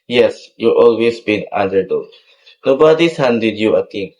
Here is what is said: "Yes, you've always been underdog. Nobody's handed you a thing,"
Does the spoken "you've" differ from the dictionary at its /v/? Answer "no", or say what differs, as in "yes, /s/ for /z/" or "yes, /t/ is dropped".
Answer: yes, /v/ is dropped